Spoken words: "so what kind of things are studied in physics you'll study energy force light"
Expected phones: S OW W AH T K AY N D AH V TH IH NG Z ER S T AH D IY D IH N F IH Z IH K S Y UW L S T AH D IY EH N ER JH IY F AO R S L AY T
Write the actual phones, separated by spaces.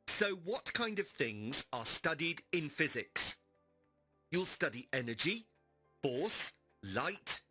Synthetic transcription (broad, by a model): S OW W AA T K AY N D AH V TH IH NG Z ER S T AH D IY D IH N F IH Z IH K S Y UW L S T AH D IY EH N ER JH IY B AO S L AY T